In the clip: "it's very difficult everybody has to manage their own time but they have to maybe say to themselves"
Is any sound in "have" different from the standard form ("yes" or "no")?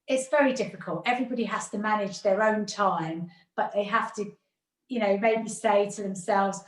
yes